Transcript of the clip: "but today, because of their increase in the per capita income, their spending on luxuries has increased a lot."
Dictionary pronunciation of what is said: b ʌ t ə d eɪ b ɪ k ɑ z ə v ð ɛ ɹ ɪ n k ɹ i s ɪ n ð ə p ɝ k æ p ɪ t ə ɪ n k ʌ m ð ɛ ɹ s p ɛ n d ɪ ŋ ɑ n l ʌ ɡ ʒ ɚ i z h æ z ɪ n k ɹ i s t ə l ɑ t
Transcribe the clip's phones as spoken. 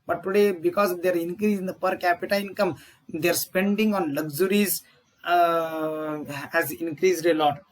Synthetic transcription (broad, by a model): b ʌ t ə d eɪ b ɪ k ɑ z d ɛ ɹ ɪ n k ɹ i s ɪ n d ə p ɝ k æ p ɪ t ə ɪ n k ʌ m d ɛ ɹ s p ɛ n d ɪ ŋ ɑ n l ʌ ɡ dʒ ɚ i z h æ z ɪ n k ɹ i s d ə l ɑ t